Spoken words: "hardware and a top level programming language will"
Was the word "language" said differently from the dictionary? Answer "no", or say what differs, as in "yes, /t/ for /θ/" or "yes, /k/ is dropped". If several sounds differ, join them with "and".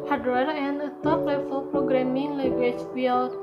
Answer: yes, /ŋ/ is dropped